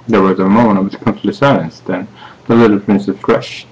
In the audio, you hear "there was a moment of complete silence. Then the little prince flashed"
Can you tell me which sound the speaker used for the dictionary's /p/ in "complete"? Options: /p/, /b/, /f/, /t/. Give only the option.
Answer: /f/